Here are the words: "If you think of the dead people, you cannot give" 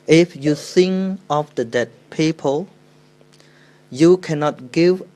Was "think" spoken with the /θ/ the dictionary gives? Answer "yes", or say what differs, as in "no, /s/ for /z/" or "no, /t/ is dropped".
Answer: no, /s/ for /θ/